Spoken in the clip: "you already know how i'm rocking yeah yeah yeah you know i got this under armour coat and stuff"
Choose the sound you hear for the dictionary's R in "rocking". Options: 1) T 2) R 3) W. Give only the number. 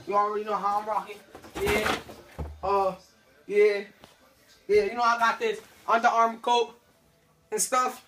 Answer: 2